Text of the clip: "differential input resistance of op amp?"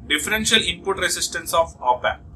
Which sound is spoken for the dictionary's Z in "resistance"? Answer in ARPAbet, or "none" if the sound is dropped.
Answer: S